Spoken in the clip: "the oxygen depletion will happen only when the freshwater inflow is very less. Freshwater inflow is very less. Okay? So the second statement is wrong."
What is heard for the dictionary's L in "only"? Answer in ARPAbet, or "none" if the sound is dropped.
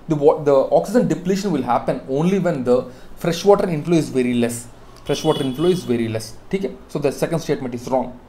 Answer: L